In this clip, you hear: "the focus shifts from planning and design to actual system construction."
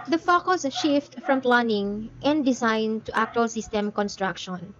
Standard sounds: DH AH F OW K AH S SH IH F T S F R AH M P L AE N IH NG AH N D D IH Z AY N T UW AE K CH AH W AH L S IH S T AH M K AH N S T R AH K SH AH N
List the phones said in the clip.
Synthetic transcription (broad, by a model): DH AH F OW K AH S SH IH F T F R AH M P L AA N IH NG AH N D D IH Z AY N T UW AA K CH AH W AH L S IH S T AH M K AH N S T R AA K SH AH N